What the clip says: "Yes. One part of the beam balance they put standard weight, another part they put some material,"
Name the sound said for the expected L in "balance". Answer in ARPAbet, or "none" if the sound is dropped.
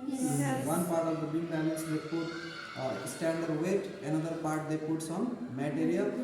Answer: N